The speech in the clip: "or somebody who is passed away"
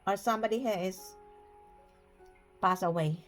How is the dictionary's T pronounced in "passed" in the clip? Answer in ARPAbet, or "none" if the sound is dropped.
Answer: none